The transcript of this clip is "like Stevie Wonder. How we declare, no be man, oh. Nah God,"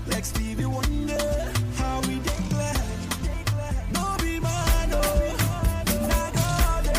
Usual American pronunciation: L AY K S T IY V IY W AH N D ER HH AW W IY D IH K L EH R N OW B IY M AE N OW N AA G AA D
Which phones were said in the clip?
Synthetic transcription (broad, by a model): L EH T S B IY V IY W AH N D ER HH AW W IY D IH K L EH L N OW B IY M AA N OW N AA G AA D